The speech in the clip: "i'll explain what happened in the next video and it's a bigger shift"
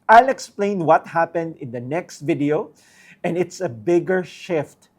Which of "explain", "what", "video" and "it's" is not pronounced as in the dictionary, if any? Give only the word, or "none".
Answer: none